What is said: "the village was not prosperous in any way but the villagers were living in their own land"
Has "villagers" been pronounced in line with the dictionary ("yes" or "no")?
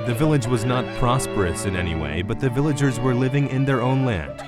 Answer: yes